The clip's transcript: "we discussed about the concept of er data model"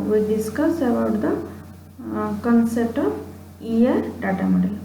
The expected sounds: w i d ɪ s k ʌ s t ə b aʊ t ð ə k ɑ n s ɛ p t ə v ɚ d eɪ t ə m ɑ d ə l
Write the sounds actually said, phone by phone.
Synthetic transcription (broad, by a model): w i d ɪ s k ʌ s ə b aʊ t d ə k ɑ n s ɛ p t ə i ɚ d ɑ t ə m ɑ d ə l